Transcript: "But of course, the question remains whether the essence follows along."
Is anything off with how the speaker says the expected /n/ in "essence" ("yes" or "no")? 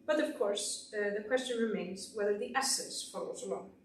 yes